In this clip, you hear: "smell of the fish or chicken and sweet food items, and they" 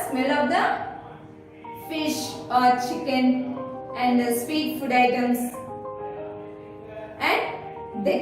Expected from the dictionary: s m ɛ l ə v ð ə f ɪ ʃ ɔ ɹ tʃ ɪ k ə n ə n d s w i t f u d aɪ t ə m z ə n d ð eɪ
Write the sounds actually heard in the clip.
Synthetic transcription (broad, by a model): s m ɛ l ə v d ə f ɪ ʃ ɔ ɹ tʃ ɪ k ə n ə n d s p i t f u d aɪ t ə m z ə n d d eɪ